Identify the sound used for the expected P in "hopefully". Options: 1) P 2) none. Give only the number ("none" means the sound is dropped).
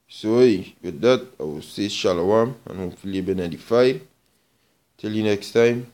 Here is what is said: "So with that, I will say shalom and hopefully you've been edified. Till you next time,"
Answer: 2